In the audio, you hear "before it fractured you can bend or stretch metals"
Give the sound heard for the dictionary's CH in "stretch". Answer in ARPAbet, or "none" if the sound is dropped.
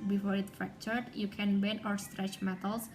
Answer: CH